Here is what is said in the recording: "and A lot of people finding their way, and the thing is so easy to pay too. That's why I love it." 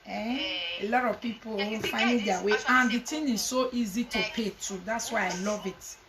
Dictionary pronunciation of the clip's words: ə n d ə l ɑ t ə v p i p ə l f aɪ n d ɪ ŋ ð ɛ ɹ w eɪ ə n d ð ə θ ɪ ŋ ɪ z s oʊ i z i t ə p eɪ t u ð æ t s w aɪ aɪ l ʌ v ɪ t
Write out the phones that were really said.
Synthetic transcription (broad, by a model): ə ə l ɑ t ə v p i p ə w f aɪ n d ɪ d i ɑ w eɪ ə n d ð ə t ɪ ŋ ɪ z s oʊ i z i t ə p eɪ t u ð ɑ t s w aɪ aɪ l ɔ v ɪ t